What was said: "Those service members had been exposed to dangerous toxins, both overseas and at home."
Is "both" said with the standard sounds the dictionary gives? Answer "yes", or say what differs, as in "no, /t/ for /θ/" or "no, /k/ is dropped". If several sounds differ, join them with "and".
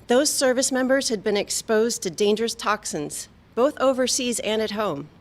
yes